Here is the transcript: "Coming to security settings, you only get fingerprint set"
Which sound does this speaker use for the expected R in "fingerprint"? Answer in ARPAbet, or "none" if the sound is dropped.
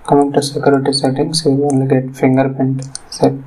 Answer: none